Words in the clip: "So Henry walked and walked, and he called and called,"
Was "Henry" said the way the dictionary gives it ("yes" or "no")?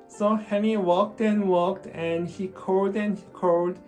no